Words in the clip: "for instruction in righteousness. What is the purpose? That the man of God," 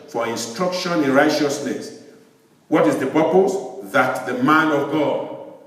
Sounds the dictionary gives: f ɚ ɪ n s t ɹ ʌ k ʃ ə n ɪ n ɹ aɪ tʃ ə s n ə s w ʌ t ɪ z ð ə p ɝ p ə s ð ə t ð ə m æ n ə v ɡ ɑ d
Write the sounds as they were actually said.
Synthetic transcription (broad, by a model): f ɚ ɪ n s t ɹ ʌ k ʃ ə n ɪ n ɹ aɪ tʃ ə s n ə s w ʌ t ɪ z ð ə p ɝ p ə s ð ə t ð ə m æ n ə v ɡ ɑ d